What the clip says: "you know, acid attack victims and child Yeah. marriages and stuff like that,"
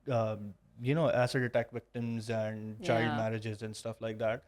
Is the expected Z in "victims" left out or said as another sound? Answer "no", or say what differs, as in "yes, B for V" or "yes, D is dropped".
no